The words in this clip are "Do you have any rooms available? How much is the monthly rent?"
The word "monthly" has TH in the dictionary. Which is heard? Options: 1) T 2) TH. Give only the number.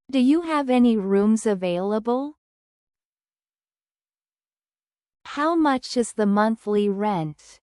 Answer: 2